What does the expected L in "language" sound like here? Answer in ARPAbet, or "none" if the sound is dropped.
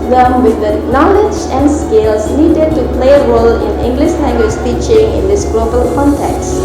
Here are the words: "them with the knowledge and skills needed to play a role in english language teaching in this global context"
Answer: N